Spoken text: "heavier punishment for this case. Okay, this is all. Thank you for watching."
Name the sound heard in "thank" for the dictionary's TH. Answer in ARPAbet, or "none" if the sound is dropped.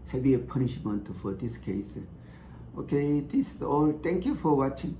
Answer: T